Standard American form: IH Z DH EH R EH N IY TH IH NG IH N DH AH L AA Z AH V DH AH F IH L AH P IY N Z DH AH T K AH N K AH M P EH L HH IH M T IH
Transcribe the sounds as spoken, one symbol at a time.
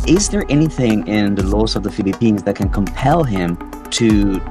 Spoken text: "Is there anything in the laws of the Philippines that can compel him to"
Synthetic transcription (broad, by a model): IH Z DH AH R EH N IY TH IH NG IH N DH AH L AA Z AH V DH AH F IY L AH P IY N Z DH AH T K AH N K AH M P EH L HH IH M T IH